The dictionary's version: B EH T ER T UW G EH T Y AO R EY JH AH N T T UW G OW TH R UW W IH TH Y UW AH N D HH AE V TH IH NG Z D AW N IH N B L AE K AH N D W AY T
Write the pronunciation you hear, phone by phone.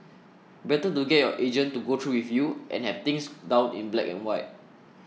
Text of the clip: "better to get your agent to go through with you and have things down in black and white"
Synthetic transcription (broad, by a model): B EH T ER T UW G EH T Y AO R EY JH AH N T T UW G OW T R UW W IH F Y UW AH N HH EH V T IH NG S D AW N IH N B L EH K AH N W AY T